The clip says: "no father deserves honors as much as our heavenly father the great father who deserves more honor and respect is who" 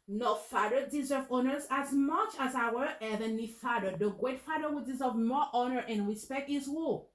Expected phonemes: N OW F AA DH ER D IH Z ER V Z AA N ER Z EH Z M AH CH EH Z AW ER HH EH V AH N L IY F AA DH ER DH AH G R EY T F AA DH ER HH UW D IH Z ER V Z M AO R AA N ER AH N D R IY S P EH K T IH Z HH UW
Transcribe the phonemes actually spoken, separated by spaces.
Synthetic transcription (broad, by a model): N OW F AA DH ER D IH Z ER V AA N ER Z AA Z M AH CH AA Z AW ER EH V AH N IY F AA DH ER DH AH G R EY T F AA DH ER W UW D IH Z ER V M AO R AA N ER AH N R IY S P EH K T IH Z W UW